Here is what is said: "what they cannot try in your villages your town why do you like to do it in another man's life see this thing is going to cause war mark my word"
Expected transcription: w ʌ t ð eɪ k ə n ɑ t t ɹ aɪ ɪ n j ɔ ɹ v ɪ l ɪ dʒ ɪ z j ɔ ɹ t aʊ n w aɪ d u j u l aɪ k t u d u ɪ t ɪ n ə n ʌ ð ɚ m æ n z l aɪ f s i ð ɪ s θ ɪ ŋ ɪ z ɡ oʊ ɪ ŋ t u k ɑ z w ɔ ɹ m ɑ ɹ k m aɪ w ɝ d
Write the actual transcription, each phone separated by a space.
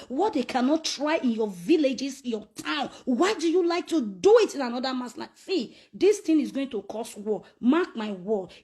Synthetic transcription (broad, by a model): w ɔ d eɪ k ə n ɑ t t ɹ aɪ ɪ n j ɔ v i l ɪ dʒ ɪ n j ɔ t aʊ n w aɪ d u j u l aɪ k t u d u ɪ t ɪ n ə n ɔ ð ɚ m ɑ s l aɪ s i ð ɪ s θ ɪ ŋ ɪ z ɡ oʊ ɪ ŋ t u k ɑ s w ɔ m ɑ k m aɪ w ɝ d